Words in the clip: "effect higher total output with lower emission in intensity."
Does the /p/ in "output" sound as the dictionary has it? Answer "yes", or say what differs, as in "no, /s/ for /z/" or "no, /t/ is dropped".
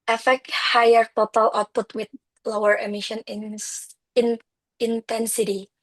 yes